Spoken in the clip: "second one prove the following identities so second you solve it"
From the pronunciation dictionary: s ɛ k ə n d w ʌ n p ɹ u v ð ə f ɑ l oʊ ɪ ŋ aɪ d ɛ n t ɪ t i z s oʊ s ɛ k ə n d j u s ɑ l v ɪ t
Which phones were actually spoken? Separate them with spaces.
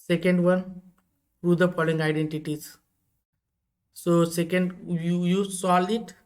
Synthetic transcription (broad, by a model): s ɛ k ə n d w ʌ n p ɹ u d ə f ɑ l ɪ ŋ aɪ d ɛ n t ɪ t i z s oʊ s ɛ k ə n d j u s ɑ l ɪ t